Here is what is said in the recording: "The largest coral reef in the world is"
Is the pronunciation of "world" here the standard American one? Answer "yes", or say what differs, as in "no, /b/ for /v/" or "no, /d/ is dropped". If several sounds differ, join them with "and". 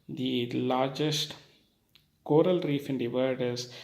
no, /l/ is dropped